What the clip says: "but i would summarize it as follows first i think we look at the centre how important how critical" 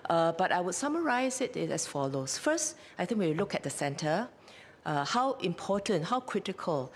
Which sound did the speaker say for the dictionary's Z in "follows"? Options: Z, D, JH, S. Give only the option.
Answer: S